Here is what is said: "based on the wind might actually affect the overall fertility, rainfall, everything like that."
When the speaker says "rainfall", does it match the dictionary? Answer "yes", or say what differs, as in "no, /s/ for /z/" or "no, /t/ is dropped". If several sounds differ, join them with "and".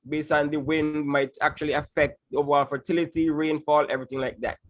yes